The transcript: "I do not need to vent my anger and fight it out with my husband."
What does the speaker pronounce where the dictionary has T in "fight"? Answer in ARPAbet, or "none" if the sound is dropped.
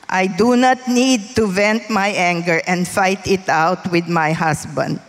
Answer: T